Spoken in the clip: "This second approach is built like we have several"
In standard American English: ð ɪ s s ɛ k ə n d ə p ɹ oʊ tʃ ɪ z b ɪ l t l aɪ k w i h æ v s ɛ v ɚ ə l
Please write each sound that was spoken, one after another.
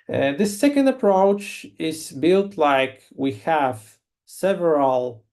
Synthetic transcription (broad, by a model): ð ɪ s s ɛ k ə n d ə p ɹ oʊ tʃ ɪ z b ɪ l t l aɪ k w i h æ v s ɛ v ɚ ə l